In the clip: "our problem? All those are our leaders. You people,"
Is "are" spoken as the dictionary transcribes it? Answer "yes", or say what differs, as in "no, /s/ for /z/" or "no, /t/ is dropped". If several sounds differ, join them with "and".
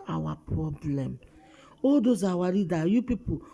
no, /w/ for /ɹ/